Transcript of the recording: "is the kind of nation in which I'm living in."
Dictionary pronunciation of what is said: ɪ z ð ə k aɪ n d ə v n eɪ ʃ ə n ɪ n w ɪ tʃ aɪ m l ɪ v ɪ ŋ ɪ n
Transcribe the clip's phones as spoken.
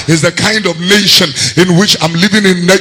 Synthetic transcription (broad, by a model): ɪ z ð ə k aɪ n d ə v n eɪ ʃ ə n ɪ n w ɪ tʃ aɪ m l ɪ v ɪ ŋ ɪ n